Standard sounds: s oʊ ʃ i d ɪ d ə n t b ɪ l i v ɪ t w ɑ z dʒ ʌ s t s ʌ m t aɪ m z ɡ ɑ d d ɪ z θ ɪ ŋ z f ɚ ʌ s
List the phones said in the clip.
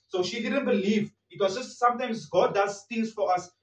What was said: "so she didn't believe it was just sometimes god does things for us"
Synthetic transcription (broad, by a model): s oʊ ʃ i d ɪ d ə n t b ɪ l i v ɪ t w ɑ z dʒ ʌ s t s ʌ m t aɪ m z ɡ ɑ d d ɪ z t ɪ z f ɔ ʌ s